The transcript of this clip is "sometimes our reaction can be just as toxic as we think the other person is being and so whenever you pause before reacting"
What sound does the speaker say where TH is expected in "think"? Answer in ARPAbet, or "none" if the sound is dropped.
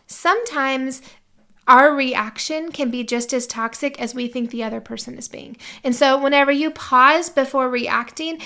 TH